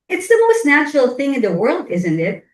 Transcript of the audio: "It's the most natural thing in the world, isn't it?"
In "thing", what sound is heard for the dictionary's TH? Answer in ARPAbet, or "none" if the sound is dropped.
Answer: TH